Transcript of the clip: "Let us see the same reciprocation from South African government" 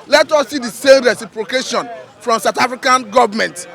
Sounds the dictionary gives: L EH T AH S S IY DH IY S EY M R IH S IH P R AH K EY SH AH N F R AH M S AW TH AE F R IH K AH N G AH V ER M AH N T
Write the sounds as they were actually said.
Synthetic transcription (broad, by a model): L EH T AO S S IY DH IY S EY M R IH S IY P R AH K EY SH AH N F R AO M S AW T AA F R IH K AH N G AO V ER M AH N T